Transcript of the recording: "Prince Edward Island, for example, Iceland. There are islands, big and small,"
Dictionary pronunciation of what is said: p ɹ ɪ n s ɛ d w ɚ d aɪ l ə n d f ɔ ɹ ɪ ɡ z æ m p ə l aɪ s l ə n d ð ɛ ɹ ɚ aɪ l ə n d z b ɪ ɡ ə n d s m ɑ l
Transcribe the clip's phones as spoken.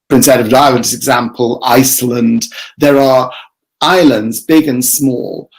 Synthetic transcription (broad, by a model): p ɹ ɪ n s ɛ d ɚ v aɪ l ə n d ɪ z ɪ ɡ z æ m p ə l aɪ s l ə n d ð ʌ ɹ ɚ aɪ l ə n d z b ɪ ɡ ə n s m ɑ l